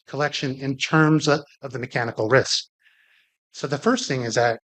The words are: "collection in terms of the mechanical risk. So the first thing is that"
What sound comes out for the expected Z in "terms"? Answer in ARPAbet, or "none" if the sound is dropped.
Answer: Z